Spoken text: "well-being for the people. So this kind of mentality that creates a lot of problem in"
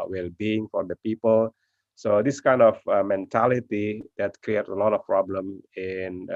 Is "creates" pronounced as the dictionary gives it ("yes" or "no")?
no